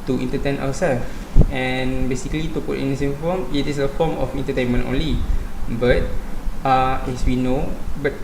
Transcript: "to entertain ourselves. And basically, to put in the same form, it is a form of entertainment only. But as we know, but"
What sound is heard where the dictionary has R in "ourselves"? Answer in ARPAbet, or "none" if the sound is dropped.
W